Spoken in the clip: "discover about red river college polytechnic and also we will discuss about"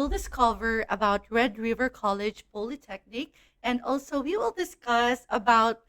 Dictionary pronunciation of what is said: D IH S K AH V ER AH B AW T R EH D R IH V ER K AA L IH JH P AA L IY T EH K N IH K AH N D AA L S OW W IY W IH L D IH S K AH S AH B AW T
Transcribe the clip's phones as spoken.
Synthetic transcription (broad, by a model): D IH S K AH V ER AH B AW T R EH D R IH V ER K AA L IH JH P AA L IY T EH K N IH K AH N D AA L S OW W IY W IH L D IH S K AH S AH B AW T